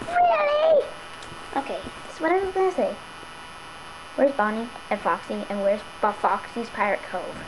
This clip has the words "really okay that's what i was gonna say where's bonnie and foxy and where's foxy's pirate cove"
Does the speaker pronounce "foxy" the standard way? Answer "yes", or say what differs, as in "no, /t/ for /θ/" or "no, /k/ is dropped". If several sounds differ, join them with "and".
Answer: yes